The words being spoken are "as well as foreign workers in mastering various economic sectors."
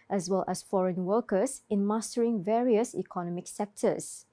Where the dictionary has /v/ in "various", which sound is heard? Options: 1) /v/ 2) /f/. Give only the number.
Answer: 1